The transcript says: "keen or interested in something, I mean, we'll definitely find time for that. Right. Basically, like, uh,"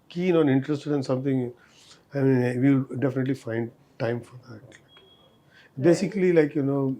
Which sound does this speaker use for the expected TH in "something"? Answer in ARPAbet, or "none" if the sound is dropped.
T